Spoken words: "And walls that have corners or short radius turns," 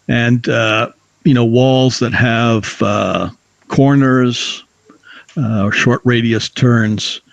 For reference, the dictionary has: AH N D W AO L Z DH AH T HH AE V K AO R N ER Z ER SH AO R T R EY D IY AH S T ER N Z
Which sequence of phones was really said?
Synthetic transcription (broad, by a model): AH N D W AO L Z DH AH T HH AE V K AO R N ER Z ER SH AO R T R EY D IY AH S T ER N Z